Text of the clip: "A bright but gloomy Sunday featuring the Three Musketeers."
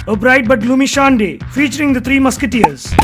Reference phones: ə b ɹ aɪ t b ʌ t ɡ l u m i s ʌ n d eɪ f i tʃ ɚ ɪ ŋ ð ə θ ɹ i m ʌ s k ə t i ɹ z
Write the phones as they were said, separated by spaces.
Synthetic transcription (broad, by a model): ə b ɹ aɪ t b ʌ t ɡ l u m i ʃ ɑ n d eɪ f i tʃ ɚ ɪ ŋ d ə t ɹ i m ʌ s k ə t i ɹ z